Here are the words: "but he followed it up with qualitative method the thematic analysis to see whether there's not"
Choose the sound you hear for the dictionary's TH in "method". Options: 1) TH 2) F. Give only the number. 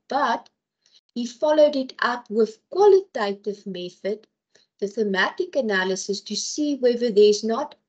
1